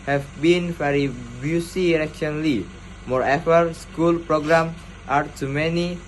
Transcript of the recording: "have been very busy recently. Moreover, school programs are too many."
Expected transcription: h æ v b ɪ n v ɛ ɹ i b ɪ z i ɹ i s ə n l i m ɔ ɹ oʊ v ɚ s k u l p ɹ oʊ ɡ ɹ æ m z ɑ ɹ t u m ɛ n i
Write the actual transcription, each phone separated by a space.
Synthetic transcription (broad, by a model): h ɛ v b ɪ n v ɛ ɹ i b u s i ɹ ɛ ʃ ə n l i m ɔ ɹ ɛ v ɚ s k u l p ɹ oʊ ɡ ɹ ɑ m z ɑ ɹ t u m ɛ n i